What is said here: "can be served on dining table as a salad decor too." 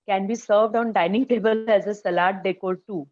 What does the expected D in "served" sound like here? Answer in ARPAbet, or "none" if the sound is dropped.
D